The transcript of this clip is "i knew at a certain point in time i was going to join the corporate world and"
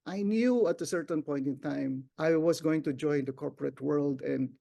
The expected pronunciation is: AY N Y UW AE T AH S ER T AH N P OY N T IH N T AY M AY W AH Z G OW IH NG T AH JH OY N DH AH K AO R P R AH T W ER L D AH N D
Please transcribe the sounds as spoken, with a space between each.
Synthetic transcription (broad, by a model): AY N Y UW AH T AH S ER T AH N P OY N T IH N T AY M AY W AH S G OW IH NG T AH JH OY N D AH K AO R P R AH T W ER L D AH N D